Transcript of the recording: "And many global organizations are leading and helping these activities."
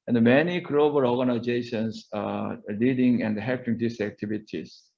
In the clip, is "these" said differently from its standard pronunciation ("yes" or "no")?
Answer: yes